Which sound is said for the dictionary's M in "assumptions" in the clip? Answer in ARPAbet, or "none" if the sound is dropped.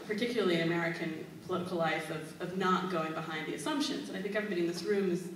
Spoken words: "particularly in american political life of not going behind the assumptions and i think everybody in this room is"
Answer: M